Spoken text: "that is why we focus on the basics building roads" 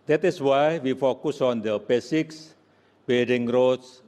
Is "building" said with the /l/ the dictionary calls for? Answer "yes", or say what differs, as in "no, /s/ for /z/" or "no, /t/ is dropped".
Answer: no, /l/ is dropped